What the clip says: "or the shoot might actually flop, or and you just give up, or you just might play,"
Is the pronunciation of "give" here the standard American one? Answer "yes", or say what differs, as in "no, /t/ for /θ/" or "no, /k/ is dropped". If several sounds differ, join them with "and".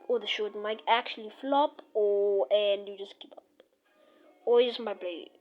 no, /p/ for /v/